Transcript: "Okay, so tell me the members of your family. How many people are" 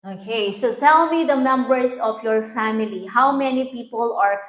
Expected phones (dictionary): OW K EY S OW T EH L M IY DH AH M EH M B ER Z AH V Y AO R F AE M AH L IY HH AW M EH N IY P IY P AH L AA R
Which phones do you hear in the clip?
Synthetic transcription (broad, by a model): OW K EY S OW T EH L M IY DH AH M EH M B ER S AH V Y AO R F AE M AH L IY HH AW M EH N IY P IY P AH L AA R